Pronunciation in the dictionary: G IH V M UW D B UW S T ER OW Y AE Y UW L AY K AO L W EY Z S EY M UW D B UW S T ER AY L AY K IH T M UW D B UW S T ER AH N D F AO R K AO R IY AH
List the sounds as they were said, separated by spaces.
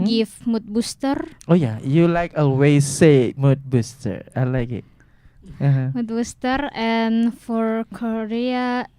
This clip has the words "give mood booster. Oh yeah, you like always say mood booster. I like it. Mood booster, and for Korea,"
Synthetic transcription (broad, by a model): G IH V M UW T B UW S T ER OW Y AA Y UW L AY K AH W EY S EY M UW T B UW S T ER AY L AY K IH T M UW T B UW S T ER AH N F AO R K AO R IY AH